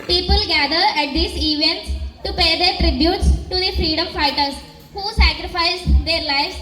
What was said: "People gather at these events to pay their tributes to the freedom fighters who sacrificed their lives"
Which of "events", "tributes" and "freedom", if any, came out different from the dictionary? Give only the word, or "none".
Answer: events